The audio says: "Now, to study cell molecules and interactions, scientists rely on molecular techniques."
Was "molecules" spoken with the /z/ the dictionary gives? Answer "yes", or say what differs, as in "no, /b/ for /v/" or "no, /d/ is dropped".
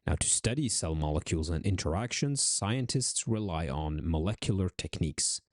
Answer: yes